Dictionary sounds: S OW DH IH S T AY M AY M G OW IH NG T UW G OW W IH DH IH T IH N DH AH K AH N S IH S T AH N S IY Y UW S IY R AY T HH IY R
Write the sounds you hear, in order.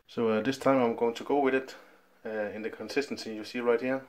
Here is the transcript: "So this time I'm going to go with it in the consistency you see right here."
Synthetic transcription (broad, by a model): S OW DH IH S T AY M AY M G OW IH NG T UW G OW W IH DH IH T IH N DH AH K AH N S IH S T AH N S IY Y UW S IY R AY T HH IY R